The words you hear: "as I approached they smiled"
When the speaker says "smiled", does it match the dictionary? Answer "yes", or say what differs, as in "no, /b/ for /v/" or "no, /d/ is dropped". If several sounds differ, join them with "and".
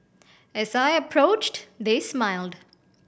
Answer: yes